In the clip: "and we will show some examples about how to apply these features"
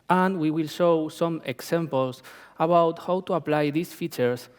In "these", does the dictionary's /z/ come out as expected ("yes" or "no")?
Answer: no